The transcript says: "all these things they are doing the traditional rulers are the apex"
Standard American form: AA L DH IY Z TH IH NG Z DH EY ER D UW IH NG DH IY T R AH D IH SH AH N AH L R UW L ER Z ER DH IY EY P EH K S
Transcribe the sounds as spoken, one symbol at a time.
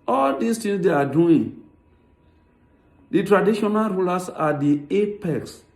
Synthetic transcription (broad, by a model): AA L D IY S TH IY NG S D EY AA D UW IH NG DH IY T R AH D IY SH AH N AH L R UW L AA S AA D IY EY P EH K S